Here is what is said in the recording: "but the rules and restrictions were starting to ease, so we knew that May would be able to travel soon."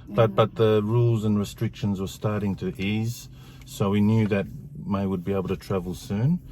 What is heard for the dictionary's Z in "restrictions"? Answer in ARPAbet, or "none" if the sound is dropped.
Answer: Z